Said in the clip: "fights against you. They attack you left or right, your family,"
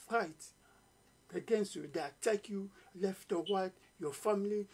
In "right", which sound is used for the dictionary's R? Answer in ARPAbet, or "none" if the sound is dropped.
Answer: W